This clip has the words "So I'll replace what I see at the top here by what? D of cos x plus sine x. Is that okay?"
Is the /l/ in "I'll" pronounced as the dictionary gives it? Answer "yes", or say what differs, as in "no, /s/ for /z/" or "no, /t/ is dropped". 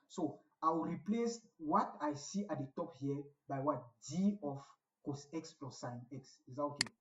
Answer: no, /w/ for /l/